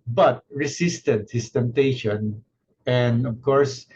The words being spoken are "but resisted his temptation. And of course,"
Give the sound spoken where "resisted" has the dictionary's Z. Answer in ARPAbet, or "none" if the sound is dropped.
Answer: S